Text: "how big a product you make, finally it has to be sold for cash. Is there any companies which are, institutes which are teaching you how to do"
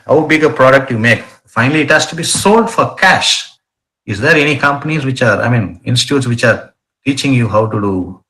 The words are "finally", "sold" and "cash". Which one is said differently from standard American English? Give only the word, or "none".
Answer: none